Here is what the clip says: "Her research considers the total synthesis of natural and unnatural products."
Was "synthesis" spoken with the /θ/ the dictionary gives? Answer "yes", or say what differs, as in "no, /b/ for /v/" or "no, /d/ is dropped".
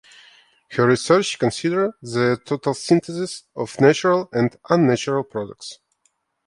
no, /t/ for /θ/